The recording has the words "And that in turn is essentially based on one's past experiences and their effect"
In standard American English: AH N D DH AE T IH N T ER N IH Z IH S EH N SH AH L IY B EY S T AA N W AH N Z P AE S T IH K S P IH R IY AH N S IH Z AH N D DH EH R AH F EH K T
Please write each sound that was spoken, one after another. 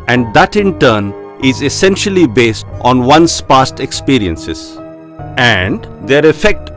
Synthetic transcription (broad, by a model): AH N D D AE T IH N T ER N IH Z IH S EH N SH AH L IY B EY S T AA N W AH N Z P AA S T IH K S P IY R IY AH N S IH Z AH N D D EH R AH F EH K T